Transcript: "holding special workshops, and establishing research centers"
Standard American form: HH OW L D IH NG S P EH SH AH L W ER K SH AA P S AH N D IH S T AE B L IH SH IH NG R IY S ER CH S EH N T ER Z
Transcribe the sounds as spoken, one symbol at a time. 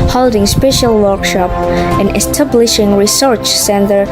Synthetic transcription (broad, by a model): HH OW L D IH NG S P EH SH AH L W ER K SH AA P AH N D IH S T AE B L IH SH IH NG R IY S ER CH S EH N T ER